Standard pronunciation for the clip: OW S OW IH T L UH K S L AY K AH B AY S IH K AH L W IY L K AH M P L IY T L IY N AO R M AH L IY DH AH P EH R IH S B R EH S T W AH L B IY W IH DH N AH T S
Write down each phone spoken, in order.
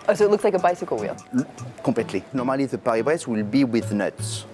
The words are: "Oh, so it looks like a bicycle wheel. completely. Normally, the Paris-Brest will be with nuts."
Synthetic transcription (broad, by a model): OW S OW IH T L UH K S L AY K AH B AY S IH K AH L W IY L K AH P L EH T L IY N AO R M AH L IY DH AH P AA R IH B R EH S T W AH L B IY W IH DH N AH T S